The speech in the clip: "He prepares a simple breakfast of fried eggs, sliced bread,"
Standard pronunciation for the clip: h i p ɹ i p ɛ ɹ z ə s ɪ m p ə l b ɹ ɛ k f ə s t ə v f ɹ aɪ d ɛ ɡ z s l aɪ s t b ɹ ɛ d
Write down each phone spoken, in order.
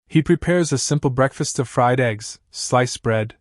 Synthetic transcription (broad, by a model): h i p ɹ i p ɛ ɹ z ə s ɪ m p l b ɹ ɛ k f ə s t ə v f ɹ aɪ d ɛ ɡ z s l aɪ s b ɹ ɛ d